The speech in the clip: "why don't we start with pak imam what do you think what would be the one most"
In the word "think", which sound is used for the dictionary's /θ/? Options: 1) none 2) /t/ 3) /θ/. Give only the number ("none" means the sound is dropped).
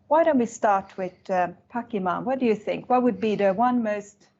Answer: 3